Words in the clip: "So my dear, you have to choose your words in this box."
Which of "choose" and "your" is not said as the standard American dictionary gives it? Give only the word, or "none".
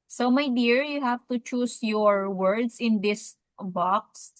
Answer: choose